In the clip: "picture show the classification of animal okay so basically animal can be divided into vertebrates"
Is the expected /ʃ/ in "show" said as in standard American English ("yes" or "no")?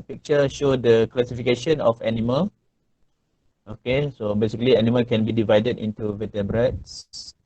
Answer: yes